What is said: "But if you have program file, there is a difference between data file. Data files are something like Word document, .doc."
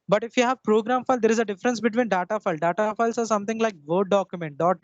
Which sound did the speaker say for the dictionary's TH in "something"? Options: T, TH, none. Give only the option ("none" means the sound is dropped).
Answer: T